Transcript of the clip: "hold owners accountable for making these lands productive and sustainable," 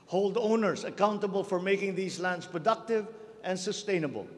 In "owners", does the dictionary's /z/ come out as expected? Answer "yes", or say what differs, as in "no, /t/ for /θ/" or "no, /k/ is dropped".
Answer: no, /s/ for /z/